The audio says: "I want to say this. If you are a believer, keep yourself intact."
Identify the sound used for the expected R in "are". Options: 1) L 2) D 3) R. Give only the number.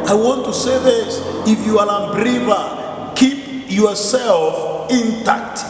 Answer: 1